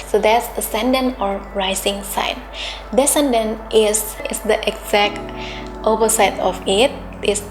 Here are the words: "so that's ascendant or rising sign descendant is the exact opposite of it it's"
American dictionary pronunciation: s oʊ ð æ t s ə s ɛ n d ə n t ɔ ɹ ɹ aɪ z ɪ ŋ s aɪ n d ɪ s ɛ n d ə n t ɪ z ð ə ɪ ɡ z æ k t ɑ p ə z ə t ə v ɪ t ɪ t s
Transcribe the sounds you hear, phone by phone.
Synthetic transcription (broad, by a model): s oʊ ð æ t s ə s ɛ n d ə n ɔ ɹ ɹ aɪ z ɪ ŋ s aɪ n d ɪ s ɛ n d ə n t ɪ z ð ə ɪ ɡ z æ k t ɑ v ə s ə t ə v ɪ t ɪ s